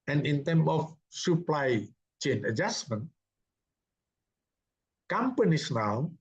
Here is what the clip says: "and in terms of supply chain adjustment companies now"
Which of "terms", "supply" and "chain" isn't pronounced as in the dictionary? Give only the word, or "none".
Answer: terms